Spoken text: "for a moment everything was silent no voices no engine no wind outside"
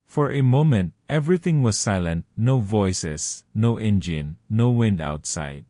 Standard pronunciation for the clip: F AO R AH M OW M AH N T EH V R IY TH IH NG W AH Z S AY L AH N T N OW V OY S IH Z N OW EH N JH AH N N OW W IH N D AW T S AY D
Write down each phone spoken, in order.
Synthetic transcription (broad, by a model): F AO R AH M OW M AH N T EH V R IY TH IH NG W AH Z S AY L AH N T N OW V OY S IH S N OW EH N JH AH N N OW W IH N D AW T S AY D